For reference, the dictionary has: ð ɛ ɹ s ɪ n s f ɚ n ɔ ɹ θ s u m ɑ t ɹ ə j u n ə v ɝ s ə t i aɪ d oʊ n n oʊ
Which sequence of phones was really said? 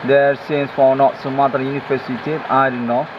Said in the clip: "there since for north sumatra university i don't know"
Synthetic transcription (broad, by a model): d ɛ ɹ s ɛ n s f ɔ n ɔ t s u m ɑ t ə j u n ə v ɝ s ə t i aɪ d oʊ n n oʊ